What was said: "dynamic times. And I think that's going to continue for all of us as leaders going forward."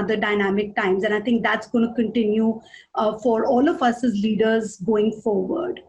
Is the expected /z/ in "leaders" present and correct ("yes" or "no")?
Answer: yes